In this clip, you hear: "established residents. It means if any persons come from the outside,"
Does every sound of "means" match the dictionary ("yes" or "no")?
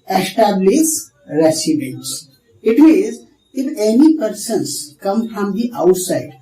no